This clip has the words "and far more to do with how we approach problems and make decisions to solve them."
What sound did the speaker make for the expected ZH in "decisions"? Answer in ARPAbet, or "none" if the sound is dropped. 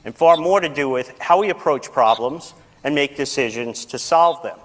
ZH